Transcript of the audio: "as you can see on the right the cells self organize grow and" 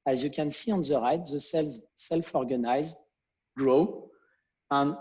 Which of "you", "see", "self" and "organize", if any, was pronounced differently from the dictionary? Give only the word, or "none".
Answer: none